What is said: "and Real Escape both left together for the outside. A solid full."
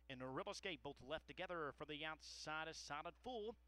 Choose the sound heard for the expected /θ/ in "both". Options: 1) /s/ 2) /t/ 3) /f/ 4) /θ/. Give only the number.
4